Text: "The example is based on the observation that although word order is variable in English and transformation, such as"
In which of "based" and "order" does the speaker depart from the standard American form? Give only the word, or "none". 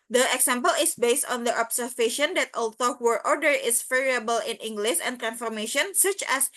none